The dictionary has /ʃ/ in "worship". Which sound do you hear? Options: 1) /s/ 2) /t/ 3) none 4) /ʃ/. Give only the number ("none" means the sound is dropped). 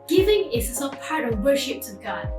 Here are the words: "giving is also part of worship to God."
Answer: 4